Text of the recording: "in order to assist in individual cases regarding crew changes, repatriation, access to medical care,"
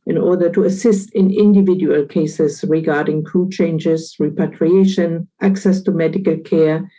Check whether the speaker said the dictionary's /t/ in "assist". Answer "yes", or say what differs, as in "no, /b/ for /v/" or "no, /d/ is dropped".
yes